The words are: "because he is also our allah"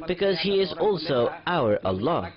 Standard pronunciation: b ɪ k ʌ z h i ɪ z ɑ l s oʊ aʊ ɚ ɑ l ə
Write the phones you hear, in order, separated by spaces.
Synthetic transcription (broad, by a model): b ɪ k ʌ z h i ɪ z ɑ l s oʊ aʊ ɚ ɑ l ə